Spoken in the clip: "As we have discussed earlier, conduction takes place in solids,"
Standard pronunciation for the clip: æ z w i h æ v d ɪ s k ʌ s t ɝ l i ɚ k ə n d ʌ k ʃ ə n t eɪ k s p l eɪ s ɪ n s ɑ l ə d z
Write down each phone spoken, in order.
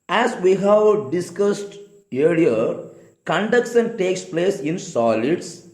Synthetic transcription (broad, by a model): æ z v i h æ v d ɪ s k ʌ s t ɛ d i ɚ k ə n d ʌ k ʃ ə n t eɪ k s p l eɪ s ɪ n s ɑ l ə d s